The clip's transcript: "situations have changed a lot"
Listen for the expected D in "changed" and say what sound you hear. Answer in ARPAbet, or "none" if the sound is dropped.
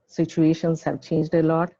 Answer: D